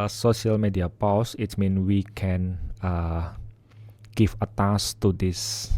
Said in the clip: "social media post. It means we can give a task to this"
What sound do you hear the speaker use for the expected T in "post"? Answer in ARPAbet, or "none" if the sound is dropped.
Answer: none